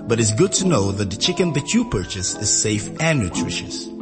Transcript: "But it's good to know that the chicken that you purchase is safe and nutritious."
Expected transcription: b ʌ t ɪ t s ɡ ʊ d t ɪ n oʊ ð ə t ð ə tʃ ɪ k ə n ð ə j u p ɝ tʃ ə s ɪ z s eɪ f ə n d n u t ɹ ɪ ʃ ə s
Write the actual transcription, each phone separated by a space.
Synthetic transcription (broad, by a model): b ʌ t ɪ t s ɡ ʊ d t ɪ n oʊ ð ə t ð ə tʃ ɪ k ə n ð ə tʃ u p ɝ tʃ ə s ɪ z s eɪ f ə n n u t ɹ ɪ ʃ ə s